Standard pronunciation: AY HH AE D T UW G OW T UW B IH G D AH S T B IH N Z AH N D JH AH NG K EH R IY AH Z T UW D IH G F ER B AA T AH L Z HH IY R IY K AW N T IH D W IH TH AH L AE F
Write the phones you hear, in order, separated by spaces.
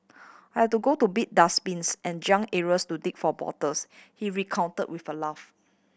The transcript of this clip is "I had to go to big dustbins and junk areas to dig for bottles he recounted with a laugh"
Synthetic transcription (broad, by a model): AY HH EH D T UW G OW T UW B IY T D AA S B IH N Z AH N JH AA NG EH R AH S T UW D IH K F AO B AA T AH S HH IY R IY K AW N T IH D W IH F AH L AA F